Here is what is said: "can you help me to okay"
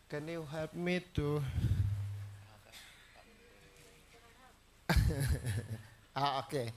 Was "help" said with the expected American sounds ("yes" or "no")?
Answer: no